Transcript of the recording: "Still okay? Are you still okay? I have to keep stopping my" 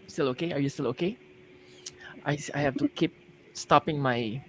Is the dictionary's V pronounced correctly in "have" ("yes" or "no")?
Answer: no